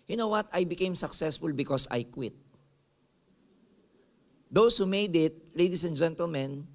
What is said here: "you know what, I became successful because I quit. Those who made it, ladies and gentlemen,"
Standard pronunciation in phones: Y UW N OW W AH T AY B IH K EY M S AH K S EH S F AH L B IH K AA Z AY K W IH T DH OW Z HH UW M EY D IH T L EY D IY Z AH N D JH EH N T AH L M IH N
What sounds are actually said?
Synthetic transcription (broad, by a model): Y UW N OW W AH T AY B IH K EY M S AH K S EH S F AH L B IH K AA S AY K W IH T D OW S HH UW M EY D IH T L EY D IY S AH N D JH EH N T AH L M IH N